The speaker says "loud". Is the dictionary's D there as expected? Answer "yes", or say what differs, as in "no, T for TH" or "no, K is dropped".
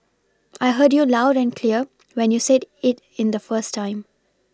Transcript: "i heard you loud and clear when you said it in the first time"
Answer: yes